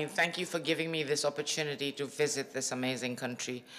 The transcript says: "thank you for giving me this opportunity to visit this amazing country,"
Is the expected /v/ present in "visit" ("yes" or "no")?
yes